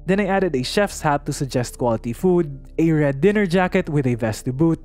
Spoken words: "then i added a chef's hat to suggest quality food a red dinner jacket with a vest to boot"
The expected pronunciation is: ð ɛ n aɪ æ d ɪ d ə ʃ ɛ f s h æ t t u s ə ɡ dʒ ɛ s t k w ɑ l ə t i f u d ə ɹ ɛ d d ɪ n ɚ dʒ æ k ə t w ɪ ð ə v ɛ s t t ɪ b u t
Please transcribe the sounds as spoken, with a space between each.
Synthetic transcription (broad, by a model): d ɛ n aɪ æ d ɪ d ə ʃ ɛ f s h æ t t u s ə ɡ dʒ ɛ s t k w ɑ l ə t i f u d ə ɹ ɛ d d ɪ n ɚ dʒ æ k ə t w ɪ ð ə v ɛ s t t ɪ b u t